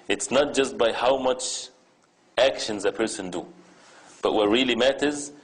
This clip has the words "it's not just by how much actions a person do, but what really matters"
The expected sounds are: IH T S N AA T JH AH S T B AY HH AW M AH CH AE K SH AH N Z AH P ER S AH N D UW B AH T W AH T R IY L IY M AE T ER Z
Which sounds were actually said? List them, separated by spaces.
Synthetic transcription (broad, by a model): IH T S N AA T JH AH S T B AY HH AW M AH CH AE K SH AH N Z AH P ER S AH N D UW B AH T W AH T R IY L IY M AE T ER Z